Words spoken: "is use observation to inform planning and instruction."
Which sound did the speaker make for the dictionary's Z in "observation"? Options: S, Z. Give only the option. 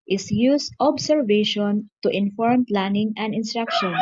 S